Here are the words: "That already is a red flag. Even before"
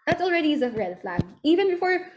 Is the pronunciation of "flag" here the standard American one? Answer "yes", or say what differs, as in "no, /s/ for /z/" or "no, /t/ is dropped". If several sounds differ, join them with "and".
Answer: yes